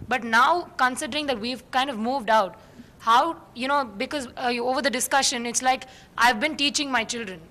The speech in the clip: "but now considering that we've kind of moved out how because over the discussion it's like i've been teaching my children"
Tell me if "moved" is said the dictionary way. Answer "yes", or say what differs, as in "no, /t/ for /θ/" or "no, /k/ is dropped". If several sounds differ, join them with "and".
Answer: yes